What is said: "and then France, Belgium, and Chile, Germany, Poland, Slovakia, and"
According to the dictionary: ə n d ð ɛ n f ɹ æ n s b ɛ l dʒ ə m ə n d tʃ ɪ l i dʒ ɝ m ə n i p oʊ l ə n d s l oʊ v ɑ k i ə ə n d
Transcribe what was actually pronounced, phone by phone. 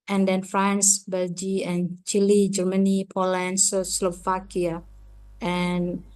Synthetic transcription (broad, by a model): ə n d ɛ n f ɹ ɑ n s b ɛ l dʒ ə ə n tʃ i l i dʒ ɝ m ə n i p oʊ l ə n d s l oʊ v ɑ k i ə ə n